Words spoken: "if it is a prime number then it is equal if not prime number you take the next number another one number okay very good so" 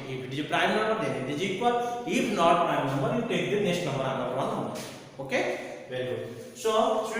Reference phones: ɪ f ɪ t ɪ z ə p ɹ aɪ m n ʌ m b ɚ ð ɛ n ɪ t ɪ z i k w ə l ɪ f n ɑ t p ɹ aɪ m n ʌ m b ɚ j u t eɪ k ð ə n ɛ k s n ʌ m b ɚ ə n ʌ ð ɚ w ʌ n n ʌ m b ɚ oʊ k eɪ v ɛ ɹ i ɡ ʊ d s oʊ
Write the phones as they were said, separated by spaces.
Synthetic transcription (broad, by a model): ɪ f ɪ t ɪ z ə p ɹ aɪ m n ʌ m b ɚ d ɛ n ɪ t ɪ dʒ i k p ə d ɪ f n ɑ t p ɹ aɪ m n ʌ m b ɚ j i t eɪ k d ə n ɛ s n ʌ m b ɚ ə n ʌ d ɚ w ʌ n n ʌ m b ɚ oʊ k eɪ v ɛ ɹ i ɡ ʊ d s oʊ